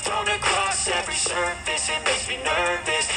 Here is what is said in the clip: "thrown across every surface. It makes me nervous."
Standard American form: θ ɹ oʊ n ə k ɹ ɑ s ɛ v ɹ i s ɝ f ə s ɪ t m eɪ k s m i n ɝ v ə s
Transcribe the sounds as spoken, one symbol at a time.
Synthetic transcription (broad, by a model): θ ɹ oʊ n ə k ɹ ɑ s ɛ v ɹ i s ɝ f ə s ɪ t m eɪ s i n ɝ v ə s